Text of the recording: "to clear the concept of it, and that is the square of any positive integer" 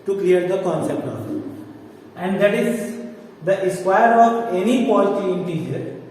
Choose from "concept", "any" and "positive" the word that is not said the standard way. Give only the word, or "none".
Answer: positive